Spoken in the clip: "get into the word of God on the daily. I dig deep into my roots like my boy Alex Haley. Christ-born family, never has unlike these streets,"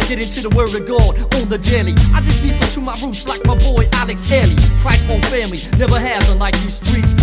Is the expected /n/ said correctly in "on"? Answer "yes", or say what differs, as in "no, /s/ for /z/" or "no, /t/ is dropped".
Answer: no, /l/ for /n/